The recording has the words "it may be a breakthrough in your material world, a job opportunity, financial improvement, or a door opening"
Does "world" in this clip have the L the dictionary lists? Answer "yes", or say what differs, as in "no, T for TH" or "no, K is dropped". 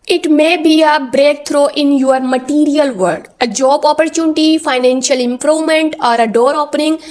no, L is dropped